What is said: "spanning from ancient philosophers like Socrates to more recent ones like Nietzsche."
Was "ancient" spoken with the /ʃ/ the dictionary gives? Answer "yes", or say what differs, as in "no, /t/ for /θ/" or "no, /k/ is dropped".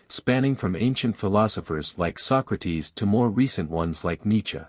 yes